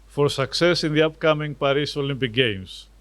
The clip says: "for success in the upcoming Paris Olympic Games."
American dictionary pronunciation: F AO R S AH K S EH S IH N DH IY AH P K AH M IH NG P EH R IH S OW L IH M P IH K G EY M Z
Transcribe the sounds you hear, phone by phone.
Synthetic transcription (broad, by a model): F AO R S AH K S EH S IH N DH IY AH P K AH M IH NG P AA R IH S OW L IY M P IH K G EY M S